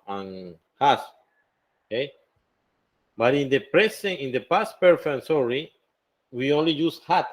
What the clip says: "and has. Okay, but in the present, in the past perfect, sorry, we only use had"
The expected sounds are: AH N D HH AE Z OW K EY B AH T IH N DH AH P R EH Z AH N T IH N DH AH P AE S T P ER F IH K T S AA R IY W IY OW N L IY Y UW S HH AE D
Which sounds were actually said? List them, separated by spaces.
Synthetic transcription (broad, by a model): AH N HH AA S OW K EY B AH T IH N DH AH P R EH S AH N IH N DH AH P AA S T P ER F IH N S AA R IY W IY OW N L IY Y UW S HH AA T